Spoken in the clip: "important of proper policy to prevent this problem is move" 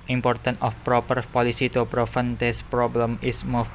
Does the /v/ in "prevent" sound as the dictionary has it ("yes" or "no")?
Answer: no